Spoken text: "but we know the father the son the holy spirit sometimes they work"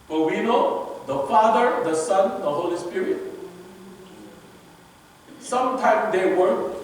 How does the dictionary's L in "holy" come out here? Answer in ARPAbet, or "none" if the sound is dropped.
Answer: L